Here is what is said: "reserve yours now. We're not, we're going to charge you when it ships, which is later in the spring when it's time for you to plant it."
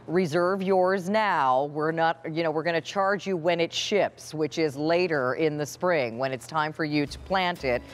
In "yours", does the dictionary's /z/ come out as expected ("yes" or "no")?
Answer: yes